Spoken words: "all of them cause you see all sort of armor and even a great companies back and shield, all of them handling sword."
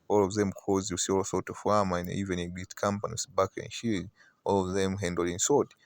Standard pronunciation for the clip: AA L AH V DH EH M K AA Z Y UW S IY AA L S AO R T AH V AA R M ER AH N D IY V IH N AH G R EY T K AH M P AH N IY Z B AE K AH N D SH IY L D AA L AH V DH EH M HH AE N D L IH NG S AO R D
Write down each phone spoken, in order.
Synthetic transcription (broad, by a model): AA L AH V DH EH M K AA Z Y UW S IY AA L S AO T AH W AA M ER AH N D IY V IH N AH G EY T K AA M P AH N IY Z B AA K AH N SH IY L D AA L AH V DH EH M HH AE N D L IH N S AO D